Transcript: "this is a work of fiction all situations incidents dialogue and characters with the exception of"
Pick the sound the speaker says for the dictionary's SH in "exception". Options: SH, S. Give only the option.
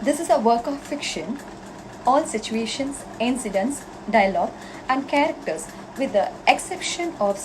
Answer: SH